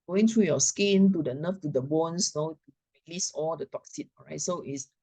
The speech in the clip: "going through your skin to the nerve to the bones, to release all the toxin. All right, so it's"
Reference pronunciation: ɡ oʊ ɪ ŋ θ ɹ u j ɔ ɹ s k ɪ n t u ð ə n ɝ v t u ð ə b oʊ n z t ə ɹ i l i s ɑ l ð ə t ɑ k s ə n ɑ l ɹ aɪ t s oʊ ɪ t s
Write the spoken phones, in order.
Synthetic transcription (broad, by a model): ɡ oʊ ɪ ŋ t ɹ u j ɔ s k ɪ n t u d ə n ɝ f t u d ə b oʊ n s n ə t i l i s ɑ l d ə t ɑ k s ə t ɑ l ɹ aɪ t s oʊ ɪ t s